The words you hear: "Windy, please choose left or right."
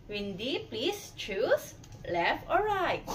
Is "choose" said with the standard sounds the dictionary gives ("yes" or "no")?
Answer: no